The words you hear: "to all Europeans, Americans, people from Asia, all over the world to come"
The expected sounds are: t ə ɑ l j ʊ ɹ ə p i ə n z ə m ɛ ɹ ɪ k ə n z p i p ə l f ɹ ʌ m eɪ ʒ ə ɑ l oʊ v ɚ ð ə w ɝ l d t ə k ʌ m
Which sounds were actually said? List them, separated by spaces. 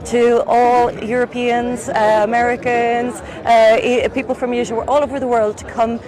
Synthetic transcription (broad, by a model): t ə ɑ l j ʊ ɹ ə p i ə n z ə m ɛ ɹ ɪ k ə n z p i p ə l f ɹ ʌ m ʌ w ə ɑ l oʊ v ɚ ð ə w ɝ l d t ə k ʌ m